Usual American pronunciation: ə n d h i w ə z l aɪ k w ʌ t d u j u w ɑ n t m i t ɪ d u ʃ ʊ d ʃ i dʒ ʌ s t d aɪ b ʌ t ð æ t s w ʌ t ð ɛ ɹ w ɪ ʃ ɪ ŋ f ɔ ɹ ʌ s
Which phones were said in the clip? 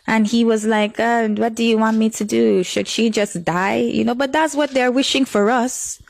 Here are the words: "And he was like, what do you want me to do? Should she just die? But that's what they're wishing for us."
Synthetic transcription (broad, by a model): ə n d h i w ə z l aɪ k w ʌ t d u j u w ɑ n t m i t ɪ d u ʃ ʊ d ʃ i dʒ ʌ s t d aɪ b ʌ t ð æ t s w ʌ t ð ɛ ɹ w ɪ ʃ ɪ ŋ f ɔ ɹ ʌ s